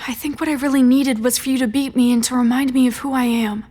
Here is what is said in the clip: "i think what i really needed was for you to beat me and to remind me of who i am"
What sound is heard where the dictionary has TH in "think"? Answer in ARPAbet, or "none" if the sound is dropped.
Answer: TH